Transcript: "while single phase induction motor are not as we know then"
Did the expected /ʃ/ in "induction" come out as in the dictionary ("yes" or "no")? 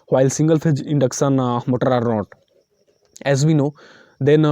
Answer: no